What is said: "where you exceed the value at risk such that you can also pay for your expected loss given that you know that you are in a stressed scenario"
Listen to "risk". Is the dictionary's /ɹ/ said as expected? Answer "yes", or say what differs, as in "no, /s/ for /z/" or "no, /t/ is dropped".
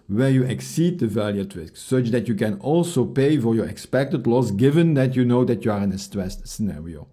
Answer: yes